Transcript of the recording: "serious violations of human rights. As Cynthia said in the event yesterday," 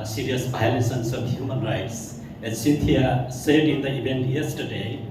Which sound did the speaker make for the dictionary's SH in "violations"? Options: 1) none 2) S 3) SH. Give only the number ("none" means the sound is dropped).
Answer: 2